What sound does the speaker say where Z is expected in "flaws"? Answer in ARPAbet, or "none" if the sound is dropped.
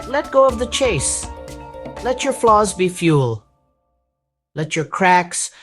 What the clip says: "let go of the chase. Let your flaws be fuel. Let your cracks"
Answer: Z